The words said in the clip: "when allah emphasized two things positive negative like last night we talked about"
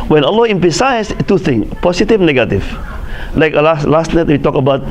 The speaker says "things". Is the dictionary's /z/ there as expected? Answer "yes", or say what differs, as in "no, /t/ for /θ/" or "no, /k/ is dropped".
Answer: no, /z/ is dropped